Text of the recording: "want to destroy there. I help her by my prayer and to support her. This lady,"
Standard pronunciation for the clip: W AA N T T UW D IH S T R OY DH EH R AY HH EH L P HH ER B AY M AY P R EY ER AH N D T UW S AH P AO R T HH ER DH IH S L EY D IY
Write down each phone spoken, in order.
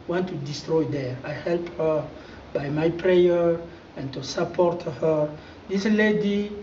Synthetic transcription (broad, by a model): W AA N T T UW D IH S T R OY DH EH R AY HH EH L P HH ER B AY M AY P R EY ER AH N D T UW S AH P AO R T HH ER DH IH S L EY D IY